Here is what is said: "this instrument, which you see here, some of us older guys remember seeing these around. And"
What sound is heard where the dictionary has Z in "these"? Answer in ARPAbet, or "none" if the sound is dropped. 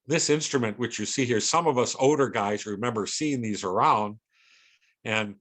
Z